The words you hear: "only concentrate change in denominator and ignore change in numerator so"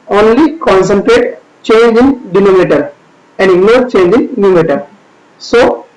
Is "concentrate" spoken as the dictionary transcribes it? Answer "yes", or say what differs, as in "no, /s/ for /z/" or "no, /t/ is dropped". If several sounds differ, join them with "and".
yes